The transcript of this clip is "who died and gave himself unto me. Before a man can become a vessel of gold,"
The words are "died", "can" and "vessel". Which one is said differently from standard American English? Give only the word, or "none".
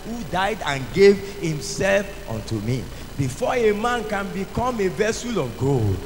none